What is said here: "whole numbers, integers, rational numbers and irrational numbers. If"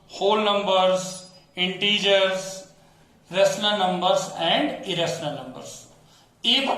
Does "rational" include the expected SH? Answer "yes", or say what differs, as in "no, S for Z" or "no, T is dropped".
no, S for SH